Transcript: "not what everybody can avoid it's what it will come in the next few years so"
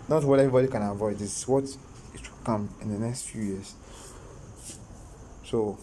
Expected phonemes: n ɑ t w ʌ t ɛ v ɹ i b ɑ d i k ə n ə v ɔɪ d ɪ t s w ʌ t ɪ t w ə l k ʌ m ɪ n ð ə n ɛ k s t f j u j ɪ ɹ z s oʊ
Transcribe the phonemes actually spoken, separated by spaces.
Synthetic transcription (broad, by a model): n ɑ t w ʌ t ɛ v ɹ i b ɑ d i k ə n ə v ɔɪ d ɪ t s w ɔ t ɪ t w ə l k ʌ m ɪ n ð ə n ɛ k s t f j u j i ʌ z s oʊ